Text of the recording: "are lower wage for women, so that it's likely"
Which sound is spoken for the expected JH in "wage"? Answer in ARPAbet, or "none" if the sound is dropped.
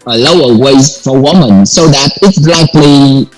Z